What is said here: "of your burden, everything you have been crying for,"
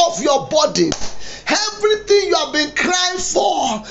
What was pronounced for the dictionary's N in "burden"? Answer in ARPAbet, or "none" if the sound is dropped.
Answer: none